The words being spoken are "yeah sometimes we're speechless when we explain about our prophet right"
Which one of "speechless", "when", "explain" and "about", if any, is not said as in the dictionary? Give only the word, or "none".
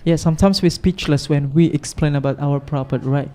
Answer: none